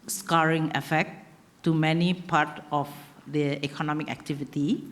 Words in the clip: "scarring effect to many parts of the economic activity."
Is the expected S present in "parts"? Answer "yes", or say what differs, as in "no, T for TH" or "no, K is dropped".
no, S is dropped